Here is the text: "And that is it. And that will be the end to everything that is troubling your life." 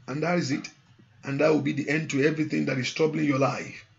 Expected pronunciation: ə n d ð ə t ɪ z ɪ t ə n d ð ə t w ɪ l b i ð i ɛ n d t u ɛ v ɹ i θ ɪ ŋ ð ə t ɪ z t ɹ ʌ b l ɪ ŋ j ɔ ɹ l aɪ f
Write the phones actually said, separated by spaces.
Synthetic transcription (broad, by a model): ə n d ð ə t ɪ z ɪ t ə n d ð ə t w ɪ l b i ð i ɛ n d t u ɛ v ɹ i θ ɪ ŋ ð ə t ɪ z t ɹ ʌ b l ɪ ŋ j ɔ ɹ l aɪ f